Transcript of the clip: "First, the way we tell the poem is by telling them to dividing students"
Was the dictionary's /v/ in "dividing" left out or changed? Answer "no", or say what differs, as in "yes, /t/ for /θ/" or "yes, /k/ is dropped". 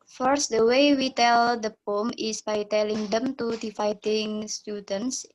yes, /f/ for /v/